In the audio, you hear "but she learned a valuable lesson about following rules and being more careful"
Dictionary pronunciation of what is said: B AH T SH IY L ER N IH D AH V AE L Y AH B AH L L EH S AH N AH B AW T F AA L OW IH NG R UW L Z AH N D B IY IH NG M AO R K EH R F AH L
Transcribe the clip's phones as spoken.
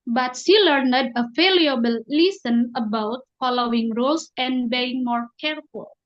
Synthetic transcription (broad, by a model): B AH T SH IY L ER N IH D AH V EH L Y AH B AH L L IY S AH N AH B AW T F AA L OW IH NG R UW L S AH N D B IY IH NG M AO R K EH R F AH L